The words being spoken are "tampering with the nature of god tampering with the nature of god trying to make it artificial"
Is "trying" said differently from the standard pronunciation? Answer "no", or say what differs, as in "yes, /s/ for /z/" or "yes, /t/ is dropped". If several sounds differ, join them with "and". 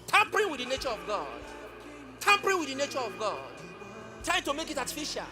yes, /ɹ/ is dropped